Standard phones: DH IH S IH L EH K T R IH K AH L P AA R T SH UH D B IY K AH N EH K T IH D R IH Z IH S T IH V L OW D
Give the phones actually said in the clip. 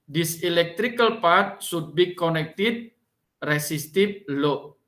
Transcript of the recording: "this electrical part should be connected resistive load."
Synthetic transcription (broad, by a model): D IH S IH L EH K T R IH K AH L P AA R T S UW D B IY K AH N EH K T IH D R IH S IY S T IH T L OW